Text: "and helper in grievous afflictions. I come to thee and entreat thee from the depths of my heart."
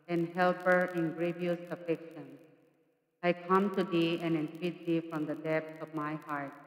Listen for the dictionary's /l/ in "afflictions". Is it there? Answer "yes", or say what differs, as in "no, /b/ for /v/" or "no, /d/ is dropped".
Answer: no, /l/ is dropped